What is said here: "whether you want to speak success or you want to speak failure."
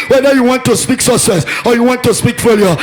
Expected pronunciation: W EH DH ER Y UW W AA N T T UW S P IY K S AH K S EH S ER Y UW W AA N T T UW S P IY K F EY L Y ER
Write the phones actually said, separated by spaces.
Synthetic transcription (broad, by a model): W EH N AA Y UW W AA N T T UW S P IY K S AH S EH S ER Y UW W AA N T T UW S P IY K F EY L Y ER